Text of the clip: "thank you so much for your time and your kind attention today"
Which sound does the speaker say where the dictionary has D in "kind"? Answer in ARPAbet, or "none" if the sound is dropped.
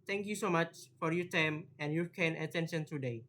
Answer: none